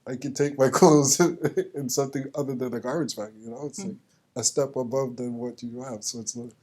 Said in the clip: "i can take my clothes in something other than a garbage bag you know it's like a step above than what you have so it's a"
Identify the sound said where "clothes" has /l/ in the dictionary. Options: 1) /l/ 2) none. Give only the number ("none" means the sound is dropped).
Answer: 2